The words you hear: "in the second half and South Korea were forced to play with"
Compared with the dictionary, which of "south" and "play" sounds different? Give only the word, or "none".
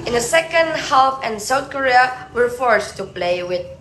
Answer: none